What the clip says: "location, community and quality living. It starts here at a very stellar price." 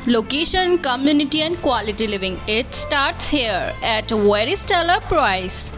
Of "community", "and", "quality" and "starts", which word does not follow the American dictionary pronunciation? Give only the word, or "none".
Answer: none